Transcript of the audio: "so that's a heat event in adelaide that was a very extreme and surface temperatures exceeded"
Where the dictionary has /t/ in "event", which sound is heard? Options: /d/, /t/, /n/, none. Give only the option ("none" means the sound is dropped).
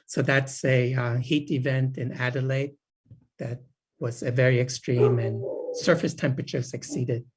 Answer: /t/